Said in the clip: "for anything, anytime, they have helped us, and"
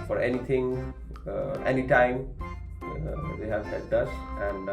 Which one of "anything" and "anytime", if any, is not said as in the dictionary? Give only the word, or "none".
anything